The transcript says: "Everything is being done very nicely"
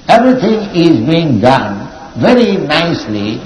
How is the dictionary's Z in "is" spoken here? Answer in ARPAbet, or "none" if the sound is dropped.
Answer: Z